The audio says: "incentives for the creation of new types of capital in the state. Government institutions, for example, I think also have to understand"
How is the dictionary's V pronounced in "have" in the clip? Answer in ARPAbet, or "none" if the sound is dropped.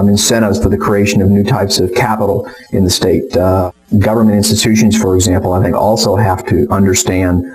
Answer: F